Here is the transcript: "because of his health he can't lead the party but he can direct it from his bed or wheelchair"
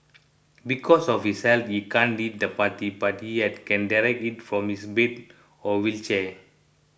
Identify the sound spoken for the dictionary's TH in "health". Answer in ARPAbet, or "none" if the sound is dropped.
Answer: F